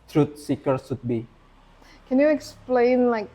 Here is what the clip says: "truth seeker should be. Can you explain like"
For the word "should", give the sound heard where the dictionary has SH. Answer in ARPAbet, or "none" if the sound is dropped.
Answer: S